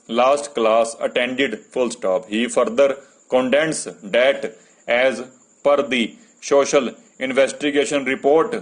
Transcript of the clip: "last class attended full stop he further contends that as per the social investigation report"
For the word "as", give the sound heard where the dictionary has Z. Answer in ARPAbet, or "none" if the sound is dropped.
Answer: Z